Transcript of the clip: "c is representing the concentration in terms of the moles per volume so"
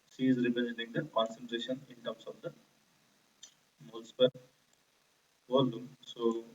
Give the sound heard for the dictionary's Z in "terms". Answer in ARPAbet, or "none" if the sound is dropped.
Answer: S